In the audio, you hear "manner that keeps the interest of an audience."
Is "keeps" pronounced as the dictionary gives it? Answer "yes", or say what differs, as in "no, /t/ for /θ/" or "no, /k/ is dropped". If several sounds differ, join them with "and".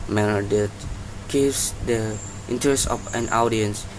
no, /p/ is dropped